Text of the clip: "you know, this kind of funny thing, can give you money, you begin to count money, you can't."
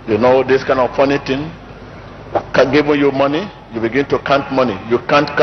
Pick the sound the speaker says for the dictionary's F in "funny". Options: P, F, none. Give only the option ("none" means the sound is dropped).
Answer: P